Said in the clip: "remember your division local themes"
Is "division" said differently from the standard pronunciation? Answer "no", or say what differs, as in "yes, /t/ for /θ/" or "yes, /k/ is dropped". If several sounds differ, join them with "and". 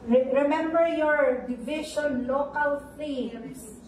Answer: yes, /ʃ/ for /ʒ/